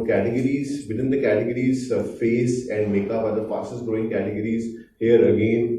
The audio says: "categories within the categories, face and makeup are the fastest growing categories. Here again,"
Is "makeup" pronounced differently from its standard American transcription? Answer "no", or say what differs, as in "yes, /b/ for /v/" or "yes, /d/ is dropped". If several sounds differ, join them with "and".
yes, /b/ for /p/